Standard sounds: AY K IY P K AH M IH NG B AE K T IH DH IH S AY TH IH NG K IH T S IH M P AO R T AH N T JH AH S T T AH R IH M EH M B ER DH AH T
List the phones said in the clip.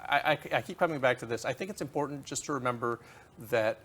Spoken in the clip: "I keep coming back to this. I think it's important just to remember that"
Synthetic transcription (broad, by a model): AY K IY P K AH M IH NG B AE K T IH DH IH S AY TH IH NG K IH T S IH M P AO R T N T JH AH S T T AH R IH M EH M B ER DH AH T